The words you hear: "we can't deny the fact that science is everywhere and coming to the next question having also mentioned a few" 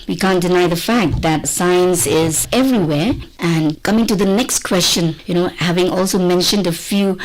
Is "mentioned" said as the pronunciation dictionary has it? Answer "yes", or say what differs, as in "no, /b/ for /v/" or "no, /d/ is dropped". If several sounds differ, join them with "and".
yes